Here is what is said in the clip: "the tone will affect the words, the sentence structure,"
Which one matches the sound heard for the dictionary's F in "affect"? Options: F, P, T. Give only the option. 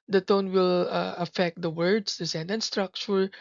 F